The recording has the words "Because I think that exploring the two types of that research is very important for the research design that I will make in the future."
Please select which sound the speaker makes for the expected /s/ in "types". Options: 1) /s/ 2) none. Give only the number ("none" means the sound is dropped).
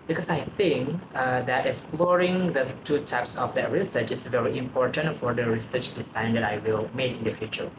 1